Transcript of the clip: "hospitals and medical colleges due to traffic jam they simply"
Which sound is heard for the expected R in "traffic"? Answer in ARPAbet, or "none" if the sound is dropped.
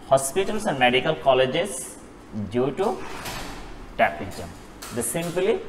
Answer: none